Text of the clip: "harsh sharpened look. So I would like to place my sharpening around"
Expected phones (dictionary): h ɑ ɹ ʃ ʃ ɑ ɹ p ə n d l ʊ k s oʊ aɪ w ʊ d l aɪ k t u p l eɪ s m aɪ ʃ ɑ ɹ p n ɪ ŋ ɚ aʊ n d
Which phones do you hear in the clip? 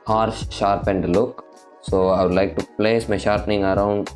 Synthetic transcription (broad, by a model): h ɑ ɹ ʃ ʃ ɑ ɹ p ə n d l ʊ k s oʊ aɪ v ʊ d l aɪ k t u p l eɪ s m aɪ ʃ ɑ ɹ p n ɪ ŋ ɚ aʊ n d